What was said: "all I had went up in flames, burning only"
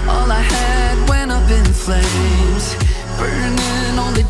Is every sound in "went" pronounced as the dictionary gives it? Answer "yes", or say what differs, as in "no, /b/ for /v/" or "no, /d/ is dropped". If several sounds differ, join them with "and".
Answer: no, /t/ is dropped